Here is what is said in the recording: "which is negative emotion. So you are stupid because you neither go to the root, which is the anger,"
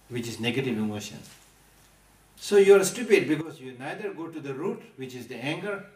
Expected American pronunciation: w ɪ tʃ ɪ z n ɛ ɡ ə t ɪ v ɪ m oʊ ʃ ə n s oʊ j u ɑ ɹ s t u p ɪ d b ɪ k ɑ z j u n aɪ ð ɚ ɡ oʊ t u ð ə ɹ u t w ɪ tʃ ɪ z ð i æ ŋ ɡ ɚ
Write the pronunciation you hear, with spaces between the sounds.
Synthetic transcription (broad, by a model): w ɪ tʃ ɪ z n ɛ ɡ ə t ɪ v ɪ m oʊ ʃ ə n s oʊ j u ɑ ɹ s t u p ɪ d b ɪ k ɑ z j u n aɪ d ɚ ɡ oʊ t u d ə ɹ u t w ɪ tʃ ɪ z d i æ ŋ ɡ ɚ